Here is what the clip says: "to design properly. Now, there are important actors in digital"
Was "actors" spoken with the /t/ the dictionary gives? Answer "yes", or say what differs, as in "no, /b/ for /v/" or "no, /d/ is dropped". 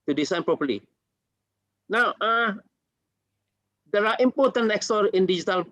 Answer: no, /s/ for /t/